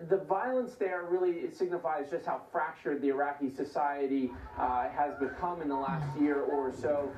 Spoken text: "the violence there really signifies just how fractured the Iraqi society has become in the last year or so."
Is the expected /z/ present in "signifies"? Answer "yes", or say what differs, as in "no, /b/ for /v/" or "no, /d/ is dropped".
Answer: yes